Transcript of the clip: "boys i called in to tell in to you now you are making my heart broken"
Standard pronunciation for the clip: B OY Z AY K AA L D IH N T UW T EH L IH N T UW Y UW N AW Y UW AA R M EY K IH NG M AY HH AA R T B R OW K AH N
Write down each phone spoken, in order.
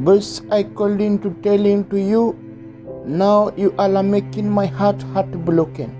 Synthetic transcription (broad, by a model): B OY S AY K AA L D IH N T UW T EH L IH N T UW Y UW N AW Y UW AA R M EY K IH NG M AY HH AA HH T B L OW K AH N